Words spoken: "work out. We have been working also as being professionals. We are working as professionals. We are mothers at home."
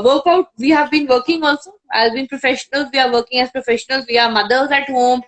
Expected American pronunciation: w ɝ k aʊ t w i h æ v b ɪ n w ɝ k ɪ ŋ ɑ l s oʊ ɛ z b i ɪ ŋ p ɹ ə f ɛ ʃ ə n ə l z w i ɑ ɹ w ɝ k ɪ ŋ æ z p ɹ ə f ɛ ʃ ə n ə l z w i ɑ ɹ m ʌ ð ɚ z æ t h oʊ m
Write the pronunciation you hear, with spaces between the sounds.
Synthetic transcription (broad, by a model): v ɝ k aʊ t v i h æ v b ɪ n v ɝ k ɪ ŋ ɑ l s oʊ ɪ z b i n p ɹ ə f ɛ ʃ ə n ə l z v i ɑ ɹ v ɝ k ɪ ŋ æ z p ɹ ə f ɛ ʃ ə n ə l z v i ɑ ɹ m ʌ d ɚ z æ t h oʊ m